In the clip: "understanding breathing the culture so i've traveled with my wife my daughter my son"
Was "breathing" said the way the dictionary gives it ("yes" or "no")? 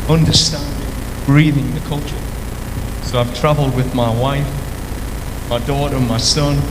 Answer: yes